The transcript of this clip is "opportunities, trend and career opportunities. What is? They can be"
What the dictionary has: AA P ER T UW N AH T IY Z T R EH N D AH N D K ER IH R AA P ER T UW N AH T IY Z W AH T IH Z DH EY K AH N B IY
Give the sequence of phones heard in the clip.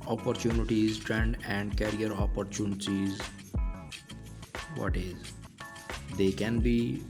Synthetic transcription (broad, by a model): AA P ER T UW N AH T IY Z T R EH N D AH N D K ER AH R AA P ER T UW N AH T IY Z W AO T IH Z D EY K AH N B IY